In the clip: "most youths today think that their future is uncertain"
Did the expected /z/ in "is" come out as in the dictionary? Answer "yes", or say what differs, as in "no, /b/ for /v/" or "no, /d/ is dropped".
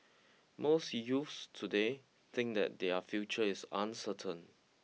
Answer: no, /s/ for /z/